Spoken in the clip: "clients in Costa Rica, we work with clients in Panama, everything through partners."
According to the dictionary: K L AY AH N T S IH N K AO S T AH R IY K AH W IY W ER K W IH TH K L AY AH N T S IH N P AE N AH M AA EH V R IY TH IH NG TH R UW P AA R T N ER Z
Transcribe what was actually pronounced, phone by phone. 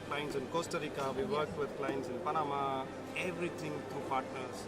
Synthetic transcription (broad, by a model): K L AY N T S IH N K AO S T AH R IY K AH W IY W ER K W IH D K L AY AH N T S IH N P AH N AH M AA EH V R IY T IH NG T R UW P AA R T N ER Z